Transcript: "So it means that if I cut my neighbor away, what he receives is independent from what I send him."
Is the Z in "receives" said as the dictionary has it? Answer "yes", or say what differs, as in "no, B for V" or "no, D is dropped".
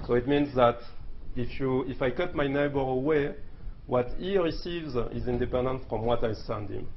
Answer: yes